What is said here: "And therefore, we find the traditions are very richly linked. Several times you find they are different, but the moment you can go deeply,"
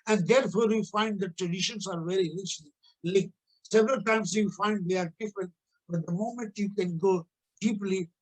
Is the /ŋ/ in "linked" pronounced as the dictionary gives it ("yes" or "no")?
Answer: no